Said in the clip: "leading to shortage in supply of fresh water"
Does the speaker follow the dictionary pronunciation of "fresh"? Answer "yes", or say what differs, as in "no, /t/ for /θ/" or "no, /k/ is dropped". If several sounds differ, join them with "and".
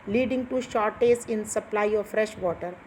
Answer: yes